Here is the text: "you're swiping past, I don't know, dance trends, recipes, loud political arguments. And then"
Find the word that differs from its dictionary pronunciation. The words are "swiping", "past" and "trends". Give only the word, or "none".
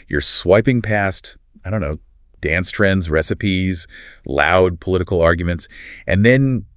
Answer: none